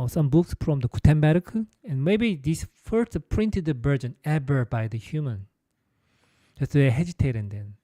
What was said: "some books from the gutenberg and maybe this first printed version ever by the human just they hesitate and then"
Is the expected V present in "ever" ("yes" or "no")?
no